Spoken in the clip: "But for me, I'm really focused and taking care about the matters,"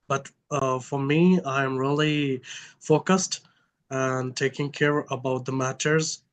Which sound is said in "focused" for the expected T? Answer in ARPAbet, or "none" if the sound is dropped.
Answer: T